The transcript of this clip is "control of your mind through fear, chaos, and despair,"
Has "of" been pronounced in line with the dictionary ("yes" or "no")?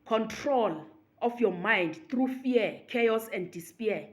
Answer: no